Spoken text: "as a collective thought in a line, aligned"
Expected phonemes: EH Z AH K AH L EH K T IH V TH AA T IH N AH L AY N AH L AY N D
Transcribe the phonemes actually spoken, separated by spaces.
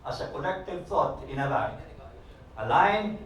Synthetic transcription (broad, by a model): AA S AH K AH N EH K T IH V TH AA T IH N AH L AY N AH L AY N